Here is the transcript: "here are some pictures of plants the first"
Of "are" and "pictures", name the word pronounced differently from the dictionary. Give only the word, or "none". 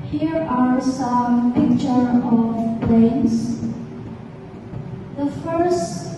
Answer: pictures